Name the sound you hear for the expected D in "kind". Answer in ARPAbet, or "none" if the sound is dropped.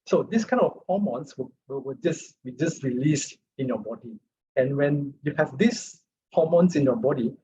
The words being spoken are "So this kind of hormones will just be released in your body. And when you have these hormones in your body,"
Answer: none